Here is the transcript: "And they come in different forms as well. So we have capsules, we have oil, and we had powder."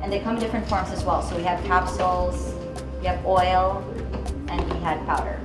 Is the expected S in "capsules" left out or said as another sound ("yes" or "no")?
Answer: no